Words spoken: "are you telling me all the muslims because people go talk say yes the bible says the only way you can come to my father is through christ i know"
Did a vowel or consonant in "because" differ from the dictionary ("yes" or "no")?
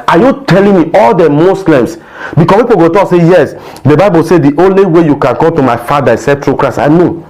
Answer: yes